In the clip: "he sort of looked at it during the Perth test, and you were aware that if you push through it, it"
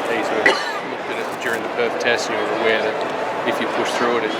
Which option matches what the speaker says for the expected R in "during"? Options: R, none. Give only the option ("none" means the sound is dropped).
R